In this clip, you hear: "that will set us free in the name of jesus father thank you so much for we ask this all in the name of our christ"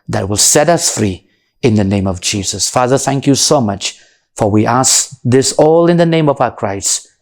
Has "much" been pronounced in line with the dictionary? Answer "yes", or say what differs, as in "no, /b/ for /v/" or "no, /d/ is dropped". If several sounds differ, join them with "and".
yes